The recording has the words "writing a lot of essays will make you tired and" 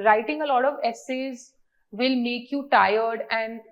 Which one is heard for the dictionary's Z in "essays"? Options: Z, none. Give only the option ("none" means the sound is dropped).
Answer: Z